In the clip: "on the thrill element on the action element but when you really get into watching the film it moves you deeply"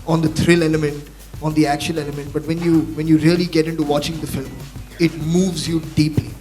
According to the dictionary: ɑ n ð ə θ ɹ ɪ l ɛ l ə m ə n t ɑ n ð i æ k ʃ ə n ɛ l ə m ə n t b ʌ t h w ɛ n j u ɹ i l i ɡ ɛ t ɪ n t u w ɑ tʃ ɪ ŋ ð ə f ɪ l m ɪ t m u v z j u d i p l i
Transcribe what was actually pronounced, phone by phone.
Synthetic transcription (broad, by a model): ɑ n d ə t ɹ ɪ l ɛ l ə m ə n t ɑ n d i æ k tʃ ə l ɛ l ə m ə n t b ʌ t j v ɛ n j u ɹ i l i ɡ ɛ t ɪ n t u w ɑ tʃ ɪ ŋ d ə f ɪ l m ɪ t m u v z j u d i p l i